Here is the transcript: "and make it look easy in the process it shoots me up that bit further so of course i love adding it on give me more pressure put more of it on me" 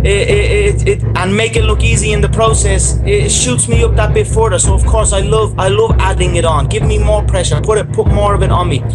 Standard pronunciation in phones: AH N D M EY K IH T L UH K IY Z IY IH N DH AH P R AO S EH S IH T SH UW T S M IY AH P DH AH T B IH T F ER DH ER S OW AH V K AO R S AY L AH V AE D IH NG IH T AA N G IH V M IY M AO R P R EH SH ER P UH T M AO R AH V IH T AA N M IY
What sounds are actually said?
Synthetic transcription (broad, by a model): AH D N M EY K IH T L UH K IY Z IY IH N DH AH P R AO S EH S IH T SH UW T S M IY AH P DH AH T B IH T F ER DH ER S OW AH V K AO R S AY L AH V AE D IH NG IH T N G IH V M IY M AO R P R EH SH ER P UH T M AO R AH V IH T N M IY